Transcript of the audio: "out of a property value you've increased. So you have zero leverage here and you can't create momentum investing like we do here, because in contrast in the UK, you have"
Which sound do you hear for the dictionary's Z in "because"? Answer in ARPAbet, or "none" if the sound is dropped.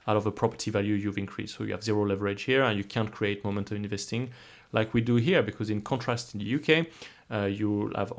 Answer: Z